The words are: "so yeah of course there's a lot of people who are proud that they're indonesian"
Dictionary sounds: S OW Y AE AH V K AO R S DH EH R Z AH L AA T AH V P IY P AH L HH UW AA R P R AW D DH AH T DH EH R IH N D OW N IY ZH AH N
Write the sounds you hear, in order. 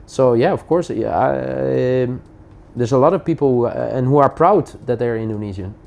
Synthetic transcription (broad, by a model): S OW Y AE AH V K AO R S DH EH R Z AH L AA T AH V P IY P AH N HH UW AA R P R AW D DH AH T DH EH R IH N D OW N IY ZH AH N